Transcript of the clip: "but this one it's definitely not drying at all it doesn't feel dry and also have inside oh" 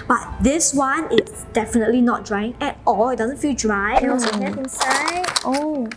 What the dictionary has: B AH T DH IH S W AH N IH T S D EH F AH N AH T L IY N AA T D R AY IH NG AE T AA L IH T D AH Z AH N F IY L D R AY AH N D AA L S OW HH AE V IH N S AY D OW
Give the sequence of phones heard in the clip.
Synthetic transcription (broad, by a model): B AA T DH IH S W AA N IH T S D EH F AH N AH T L IY N AA T D R AY IH NG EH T AA L IH T D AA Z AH N F IY L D R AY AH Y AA S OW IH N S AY OW